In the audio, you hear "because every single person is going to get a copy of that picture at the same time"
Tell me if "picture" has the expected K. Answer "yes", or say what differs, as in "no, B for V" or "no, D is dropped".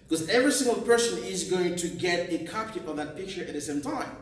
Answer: yes